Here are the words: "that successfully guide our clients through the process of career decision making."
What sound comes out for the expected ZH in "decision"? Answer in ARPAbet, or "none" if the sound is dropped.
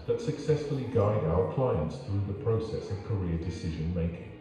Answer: ZH